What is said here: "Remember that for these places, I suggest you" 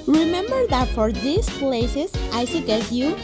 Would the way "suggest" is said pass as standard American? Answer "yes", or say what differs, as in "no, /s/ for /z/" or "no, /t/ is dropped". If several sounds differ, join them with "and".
no, /dʒ/ is dropped